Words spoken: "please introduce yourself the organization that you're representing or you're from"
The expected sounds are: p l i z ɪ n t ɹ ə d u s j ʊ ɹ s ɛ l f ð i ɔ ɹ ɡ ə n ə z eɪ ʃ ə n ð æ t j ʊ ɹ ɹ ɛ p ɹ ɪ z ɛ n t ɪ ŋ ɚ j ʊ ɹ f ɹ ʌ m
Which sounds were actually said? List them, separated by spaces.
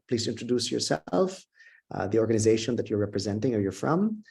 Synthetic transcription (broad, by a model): p l i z ɪ n t ɹ ə d u s j ʊ ɹ s ɛ l f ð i ɔ ɹ ɡ ə n ə z eɪ ʃ ə n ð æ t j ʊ ɹ ɹ ɛ p ɹ ɪ z ɛ n t ɪ ŋ ɚ j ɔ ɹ f ɹ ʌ m